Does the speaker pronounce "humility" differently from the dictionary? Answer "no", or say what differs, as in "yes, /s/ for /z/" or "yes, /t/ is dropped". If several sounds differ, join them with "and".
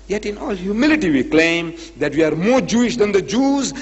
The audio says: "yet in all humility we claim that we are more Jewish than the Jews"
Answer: no